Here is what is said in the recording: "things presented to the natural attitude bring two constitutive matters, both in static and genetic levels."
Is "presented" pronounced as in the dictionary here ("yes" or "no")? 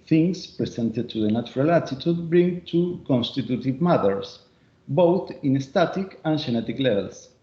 no